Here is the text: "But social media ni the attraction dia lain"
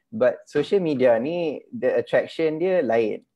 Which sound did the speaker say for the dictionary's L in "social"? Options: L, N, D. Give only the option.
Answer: L